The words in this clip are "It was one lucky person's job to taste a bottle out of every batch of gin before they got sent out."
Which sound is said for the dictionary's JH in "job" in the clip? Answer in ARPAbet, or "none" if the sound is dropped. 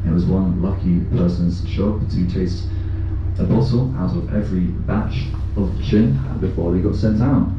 SH